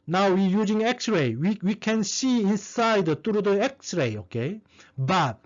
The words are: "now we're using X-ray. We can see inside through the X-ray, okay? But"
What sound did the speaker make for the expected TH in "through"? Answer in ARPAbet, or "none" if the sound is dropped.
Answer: T